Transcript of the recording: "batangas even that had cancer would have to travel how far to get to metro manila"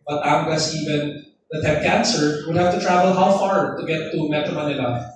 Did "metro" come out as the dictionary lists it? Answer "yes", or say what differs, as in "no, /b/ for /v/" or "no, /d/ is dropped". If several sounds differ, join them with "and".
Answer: no, /ɹ/ is dropped